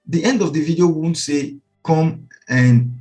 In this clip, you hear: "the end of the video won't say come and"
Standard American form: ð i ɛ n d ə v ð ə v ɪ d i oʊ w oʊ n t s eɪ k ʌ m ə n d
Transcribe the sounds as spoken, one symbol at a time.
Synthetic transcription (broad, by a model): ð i ɛ n d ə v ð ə v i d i oʊ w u n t s eɪ k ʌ m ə n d